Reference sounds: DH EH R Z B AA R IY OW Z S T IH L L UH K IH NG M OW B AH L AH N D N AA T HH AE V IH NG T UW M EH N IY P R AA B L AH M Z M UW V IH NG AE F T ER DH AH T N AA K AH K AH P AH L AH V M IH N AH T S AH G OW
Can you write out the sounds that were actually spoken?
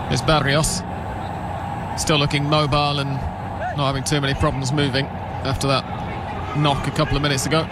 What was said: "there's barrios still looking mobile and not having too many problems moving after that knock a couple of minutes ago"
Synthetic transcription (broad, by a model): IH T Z B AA R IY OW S S T IH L L UH K IH NG M OW B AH L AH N N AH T HH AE V IH NG T UW M EH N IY P R AA B L AH M Z M UW V IH NG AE F T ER DH AH T N AA K AH K AH P L AH V M IH N AH T S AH G OW